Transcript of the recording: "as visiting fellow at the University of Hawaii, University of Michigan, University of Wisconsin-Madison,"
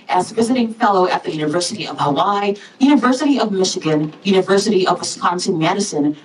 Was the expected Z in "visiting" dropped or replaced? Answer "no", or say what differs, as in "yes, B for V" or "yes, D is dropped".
no